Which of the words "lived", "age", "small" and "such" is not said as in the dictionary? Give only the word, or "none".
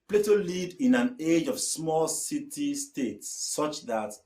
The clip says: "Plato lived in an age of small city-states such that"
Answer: lived